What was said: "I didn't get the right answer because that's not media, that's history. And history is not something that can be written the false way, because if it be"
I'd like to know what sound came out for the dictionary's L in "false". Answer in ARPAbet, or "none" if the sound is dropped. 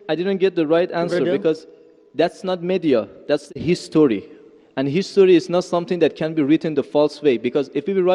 L